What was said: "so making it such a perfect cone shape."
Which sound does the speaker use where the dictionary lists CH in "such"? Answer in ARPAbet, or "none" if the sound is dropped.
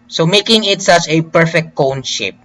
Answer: CH